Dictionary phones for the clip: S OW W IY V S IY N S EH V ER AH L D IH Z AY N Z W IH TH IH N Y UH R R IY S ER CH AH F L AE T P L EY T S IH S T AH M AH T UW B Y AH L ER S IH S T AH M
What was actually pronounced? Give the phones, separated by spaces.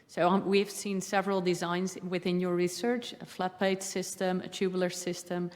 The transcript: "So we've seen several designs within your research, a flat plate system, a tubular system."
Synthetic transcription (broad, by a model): S OW W IY V S IY N S EH V ER AH L D IH Z AY N Z W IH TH IH N Y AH R R IY S ER CH AH F L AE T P EY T S IH S T AH M AH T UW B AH L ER S IH S T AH M